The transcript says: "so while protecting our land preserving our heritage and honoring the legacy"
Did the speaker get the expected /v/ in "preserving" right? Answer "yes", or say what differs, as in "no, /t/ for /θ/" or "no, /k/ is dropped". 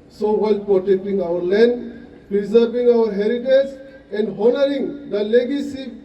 no, /p/ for /v/